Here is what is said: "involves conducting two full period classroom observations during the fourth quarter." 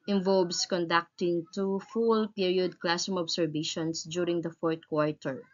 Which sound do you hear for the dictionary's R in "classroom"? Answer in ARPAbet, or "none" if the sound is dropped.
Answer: none